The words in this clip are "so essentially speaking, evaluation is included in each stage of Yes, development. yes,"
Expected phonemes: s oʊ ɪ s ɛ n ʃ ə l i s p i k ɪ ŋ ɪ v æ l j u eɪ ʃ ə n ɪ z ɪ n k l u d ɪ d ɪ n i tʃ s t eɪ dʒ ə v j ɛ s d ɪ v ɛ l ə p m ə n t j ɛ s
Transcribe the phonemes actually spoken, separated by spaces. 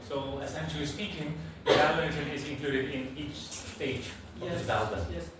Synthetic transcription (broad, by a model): s oʊ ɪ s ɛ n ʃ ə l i s p i k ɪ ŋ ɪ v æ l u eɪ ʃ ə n ɪ z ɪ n k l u d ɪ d ɪ n i tʃ s t eɪ ə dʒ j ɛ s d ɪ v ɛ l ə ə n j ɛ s